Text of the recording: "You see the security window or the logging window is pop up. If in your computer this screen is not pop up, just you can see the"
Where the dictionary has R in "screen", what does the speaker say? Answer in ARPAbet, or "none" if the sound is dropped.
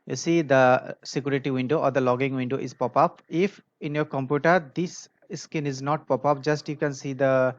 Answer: none